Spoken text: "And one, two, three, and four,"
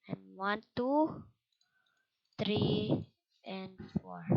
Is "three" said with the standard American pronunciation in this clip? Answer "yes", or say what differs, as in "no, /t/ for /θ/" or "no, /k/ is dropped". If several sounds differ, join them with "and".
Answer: no, /t/ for /θ/